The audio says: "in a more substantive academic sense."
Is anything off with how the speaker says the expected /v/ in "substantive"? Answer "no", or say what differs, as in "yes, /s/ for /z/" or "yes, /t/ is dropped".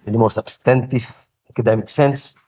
yes, /f/ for /v/